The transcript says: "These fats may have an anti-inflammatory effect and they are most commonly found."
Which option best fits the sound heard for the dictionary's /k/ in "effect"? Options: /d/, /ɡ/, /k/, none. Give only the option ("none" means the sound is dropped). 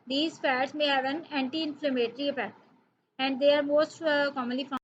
none